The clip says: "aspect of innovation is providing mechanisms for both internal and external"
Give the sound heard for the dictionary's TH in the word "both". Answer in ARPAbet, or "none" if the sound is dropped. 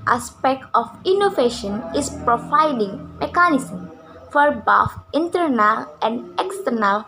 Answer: F